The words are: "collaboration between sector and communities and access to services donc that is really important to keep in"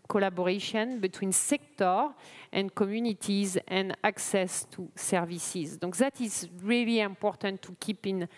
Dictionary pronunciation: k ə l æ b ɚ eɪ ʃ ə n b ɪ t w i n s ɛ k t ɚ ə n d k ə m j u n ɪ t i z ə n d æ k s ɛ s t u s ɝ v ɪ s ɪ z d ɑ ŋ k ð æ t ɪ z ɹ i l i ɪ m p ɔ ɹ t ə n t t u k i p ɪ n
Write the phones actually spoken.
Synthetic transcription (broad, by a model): k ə l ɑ b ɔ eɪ ʃ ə n b ɪ t w i n s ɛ k t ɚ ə n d k ə m j u n ɪ t i z ə n d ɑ k s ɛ s t u s ɝ v ɪ s ɪ z d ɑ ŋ k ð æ t ɪ z ɹ i l i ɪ m p ɔ ɹ t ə n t t u k i p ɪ n